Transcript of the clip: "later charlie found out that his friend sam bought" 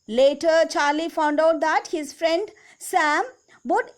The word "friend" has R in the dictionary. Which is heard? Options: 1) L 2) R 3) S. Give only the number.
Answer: 2